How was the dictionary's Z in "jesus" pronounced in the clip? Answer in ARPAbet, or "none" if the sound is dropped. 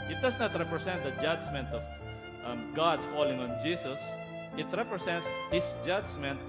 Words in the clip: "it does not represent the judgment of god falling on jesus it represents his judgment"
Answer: S